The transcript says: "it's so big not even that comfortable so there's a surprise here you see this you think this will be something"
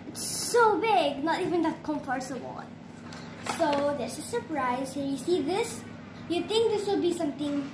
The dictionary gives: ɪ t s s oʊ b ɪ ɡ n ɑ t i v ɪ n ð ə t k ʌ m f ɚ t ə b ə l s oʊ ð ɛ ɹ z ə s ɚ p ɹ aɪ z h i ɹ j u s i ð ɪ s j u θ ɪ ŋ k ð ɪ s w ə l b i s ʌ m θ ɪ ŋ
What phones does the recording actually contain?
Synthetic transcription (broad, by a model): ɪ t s s oʊ b ɪ ɡ n ɑ t i v ɪ n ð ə t k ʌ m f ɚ s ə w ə n s oʊ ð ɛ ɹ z ə s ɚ p ɹ aɪ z h i ɹ j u s i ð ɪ s j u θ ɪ ŋ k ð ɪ s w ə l b i s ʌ m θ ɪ ŋ